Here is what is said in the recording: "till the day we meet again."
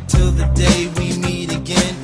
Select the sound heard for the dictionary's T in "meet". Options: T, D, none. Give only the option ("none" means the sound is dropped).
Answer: T